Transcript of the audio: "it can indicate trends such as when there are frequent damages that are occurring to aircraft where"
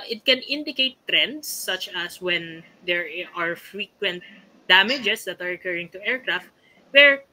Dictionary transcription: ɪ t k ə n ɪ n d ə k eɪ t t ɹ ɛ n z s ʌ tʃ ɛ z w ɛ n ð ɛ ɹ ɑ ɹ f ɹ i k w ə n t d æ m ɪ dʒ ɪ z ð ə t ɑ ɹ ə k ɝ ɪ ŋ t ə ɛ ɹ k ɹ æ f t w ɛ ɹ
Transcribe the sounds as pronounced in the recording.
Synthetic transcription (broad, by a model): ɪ t k ə n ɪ n d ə k eɪ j t ɹ ɛ n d s ʌ tʃ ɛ s w ɛ n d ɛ ɹ ɑ ɹ f ɹ i k w ə n t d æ m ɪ dʒ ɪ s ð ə t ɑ ɹ ə k ɝ ɪ ŋ t ə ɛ ɹ k ɹ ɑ f t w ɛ ɹ